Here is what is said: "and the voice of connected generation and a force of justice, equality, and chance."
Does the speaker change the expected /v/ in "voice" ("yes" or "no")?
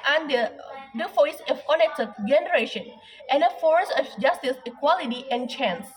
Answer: yes